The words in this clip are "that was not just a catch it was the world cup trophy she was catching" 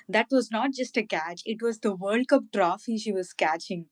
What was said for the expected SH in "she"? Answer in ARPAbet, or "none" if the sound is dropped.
SH